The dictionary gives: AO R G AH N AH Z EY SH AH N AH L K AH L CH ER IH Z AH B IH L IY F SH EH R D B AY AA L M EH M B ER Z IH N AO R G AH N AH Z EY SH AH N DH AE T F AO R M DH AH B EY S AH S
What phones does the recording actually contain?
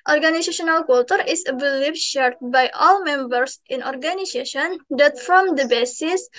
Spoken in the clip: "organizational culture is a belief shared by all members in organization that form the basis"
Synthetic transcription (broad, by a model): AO R G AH N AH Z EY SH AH N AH L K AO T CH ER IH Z AH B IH L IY P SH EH R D B AY AA L M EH M B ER S IH N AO R G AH N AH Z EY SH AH N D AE T F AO M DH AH B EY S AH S